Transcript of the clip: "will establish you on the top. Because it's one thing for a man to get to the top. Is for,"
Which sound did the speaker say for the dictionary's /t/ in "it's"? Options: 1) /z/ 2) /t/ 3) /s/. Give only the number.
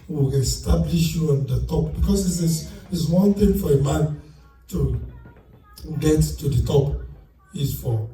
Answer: 3